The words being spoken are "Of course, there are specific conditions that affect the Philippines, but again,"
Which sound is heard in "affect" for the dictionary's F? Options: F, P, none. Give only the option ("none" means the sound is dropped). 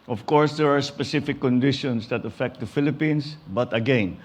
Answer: F